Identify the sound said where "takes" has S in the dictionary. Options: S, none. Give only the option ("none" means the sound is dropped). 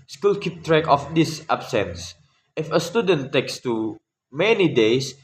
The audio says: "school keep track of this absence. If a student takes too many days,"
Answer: S